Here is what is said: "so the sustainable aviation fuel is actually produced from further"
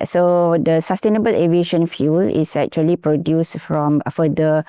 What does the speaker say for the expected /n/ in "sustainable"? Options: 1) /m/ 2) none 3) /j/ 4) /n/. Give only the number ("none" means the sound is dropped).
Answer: 4